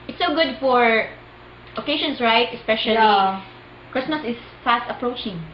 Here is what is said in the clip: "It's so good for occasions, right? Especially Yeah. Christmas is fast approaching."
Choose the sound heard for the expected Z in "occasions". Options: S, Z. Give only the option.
S